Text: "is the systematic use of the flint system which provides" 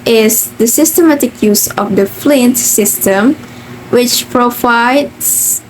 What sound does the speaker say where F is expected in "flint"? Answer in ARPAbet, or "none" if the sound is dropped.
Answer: F